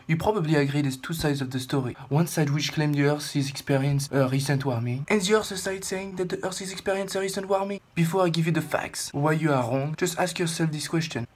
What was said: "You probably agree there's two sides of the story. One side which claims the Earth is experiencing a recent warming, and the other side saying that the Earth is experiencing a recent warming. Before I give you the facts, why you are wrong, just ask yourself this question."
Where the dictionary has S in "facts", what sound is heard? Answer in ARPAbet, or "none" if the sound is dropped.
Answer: S